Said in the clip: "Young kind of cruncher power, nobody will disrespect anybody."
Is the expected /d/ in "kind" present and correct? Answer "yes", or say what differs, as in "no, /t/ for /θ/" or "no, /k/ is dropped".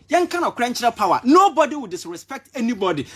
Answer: no, /d/ is dropped